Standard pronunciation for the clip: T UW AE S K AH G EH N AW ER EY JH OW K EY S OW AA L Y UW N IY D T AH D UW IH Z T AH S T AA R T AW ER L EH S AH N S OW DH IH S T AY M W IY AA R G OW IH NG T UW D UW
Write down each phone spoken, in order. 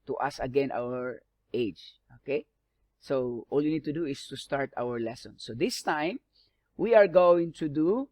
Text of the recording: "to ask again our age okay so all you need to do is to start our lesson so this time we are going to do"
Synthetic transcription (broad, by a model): T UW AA S AH G EH N AW ER EY JH OW K EY S OW AA L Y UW N IY D T AH D UW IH S T AH S T AA R T AW ER L EH S AH N S OW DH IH S T AY M W IY AA R G OW IH NG T UW D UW